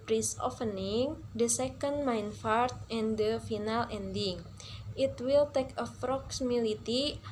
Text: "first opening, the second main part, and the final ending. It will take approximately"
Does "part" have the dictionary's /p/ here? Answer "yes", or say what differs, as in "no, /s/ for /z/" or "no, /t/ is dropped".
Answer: no, /f/ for /p/